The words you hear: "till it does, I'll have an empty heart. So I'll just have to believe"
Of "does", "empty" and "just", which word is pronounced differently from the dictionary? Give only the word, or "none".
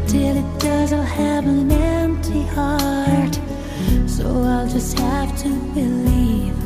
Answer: none